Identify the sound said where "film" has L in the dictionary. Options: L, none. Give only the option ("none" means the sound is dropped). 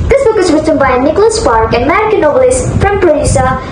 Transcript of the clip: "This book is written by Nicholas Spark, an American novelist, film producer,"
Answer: none